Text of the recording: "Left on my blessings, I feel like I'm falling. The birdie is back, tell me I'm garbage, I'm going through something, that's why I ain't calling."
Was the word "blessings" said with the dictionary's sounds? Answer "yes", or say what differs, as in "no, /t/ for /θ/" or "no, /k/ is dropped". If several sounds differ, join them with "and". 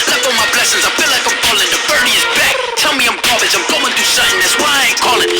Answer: yes